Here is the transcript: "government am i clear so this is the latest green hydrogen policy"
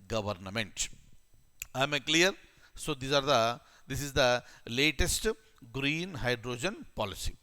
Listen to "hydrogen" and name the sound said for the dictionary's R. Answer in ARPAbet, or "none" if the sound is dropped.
R